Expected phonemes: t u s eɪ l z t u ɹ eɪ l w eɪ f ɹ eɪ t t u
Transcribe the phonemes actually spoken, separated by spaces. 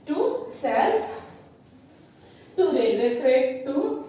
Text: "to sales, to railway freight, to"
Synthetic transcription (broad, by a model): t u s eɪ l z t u l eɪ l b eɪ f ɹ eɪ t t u